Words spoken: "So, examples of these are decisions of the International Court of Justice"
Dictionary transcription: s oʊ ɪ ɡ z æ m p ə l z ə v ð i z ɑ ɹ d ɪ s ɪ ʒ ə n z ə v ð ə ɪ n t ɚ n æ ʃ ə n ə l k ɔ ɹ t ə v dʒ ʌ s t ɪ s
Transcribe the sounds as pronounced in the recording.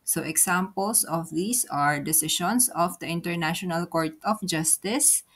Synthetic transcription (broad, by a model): s oʊ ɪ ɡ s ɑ m p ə l s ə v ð i s ɑ ɹ d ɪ s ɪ ʃ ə n s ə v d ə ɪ n t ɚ n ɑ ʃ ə n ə l k ɔ ɹ t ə f dʒ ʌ s t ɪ s